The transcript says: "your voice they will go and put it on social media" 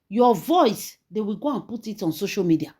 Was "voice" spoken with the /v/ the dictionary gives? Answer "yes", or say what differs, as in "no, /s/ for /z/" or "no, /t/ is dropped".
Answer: yes